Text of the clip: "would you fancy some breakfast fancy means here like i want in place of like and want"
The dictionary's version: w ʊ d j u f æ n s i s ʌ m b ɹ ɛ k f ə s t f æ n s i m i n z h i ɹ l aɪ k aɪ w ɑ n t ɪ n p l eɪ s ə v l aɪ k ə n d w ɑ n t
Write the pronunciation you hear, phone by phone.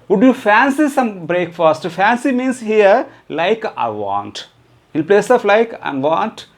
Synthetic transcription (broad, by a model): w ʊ d j u f æ n s i s ʌ m b ɹ ɛ k f ə s t f æ n s i m i n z h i ɹ l aɪ k aɪ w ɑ n t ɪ l p l eɪ s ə f l aɪ k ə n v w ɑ n t